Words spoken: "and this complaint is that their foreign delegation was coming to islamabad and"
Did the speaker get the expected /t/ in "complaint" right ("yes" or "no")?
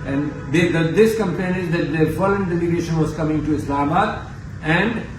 no